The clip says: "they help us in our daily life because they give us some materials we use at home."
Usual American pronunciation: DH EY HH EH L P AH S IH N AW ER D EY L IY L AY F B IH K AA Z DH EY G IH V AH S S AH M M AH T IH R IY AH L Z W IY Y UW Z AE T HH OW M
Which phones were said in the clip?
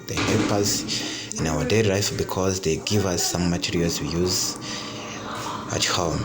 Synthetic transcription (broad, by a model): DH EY HH EH L P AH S IH N AW ER D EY IY L AY F B IH K AA Z DH EY G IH V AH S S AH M M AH T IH R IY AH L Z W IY Y UW Z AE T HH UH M